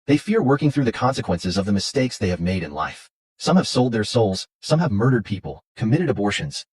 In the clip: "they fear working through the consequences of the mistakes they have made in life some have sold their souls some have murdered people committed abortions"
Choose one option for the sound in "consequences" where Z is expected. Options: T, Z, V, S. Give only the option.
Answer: Z